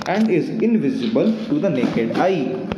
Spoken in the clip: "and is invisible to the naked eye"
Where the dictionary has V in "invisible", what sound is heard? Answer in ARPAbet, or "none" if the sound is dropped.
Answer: V